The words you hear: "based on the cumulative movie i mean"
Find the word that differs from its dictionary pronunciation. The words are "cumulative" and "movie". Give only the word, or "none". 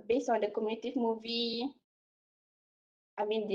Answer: cumulative